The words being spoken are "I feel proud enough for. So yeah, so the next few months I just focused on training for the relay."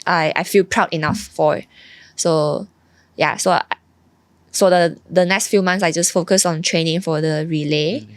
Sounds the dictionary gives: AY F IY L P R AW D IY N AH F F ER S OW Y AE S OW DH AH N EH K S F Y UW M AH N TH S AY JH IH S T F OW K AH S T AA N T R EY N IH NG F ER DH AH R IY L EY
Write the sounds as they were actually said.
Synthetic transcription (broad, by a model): AY F IY L P R AW D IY N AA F F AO S OW Y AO S OW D AH N EH K S F Y UW M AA N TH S AY JH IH S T F OW K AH S AA N T R EY N IH NG F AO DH AH R IY L EY